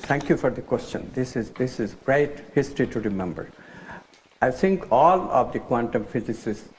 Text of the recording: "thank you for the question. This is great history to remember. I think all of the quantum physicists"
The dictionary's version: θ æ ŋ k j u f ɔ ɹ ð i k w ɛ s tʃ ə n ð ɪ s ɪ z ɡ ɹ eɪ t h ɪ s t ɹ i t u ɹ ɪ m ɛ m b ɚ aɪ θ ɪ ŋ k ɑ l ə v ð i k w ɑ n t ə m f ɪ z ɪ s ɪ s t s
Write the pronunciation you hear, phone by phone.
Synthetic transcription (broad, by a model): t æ ŋ k j u f ɔ ɹ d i k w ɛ s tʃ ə n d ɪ s ɪ z ɡ ɹ eɪ t h ɪ s t ɹ i t u ɹ ɪ m ɛ m b ɚ aɪ t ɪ ŋ k ɑ l ə v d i k w ɑ n t ə m f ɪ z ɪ s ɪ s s